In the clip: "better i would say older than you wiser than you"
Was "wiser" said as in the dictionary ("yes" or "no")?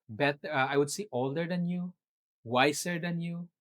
no